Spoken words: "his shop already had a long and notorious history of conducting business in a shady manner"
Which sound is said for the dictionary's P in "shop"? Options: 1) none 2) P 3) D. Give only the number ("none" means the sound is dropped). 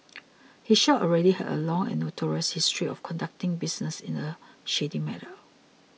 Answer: 1